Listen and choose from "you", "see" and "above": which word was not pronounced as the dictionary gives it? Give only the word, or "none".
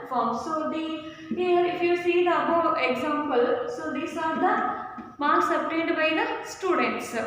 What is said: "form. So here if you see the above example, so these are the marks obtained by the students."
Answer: above